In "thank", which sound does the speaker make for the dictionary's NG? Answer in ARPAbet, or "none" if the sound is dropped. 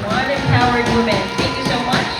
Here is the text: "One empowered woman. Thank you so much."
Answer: NG